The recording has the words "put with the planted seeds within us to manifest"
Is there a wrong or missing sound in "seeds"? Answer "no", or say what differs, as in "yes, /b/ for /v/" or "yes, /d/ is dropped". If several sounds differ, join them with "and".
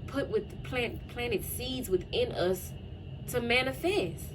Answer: no